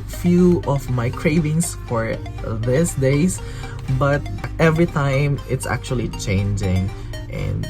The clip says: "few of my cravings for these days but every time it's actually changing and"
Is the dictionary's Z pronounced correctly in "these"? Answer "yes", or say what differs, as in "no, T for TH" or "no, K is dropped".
no, S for Z